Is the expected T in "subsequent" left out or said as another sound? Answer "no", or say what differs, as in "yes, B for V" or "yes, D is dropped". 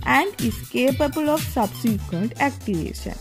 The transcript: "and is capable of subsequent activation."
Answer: no